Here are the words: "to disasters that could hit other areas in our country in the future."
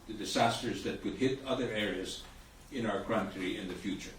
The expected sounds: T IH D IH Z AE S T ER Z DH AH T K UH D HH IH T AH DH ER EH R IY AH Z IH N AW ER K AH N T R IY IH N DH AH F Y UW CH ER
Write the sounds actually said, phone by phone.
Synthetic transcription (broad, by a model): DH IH D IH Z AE S T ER Z DH AH T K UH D HH IH T AH DH ER EH R IY AH Z IH N AW ER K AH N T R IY IH N DH AH F Y UW CH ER